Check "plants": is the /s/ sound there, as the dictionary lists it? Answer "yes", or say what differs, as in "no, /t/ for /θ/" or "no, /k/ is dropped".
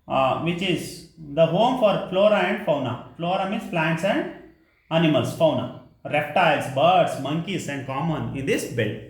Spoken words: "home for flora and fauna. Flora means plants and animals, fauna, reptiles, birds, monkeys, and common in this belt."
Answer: yes